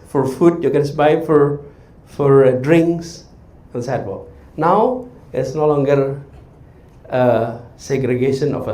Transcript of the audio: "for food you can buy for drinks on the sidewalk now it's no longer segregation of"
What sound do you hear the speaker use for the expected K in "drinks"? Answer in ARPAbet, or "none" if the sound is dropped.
K